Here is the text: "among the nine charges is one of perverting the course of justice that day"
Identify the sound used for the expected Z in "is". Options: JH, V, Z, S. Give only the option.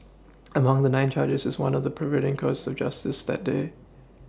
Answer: Z